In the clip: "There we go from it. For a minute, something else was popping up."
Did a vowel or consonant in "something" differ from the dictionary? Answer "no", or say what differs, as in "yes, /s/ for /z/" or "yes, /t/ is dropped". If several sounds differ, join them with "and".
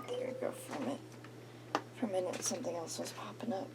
no